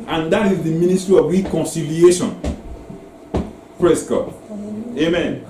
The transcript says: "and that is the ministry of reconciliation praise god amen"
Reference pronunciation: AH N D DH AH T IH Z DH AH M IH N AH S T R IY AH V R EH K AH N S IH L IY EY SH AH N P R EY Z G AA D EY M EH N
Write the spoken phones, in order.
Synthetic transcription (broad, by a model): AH N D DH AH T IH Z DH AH M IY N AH S T R IY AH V R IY K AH N S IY L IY EY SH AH N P R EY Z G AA EY M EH N